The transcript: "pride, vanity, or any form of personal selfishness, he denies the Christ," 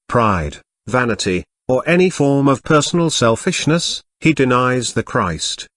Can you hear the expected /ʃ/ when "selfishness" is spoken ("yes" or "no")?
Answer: yes